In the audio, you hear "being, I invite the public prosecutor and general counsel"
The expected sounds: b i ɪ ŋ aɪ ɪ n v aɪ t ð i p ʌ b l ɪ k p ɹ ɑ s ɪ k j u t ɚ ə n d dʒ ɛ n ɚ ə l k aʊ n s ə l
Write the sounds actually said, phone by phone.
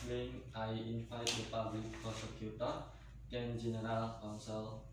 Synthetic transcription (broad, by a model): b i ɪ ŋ aɪ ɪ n f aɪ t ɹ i p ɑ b l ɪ k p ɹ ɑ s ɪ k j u t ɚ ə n dʒ ɛ n ɚ ə l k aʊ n s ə l